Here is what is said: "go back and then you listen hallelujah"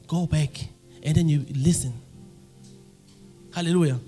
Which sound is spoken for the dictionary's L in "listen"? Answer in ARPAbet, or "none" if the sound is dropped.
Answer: L